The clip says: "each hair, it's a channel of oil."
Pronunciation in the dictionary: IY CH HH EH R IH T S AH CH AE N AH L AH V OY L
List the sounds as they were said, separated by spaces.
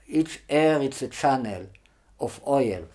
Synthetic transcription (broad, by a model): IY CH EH R IH T S AH CH AE N AH L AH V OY L